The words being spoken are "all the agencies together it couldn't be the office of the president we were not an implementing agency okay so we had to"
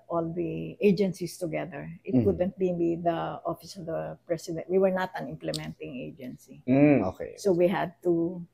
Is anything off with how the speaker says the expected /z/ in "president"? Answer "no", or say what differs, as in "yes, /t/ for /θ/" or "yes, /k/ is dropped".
yes, /s/ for /z/